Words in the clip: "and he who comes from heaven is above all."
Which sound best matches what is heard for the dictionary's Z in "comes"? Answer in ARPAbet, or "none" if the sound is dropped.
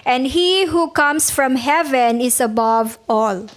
S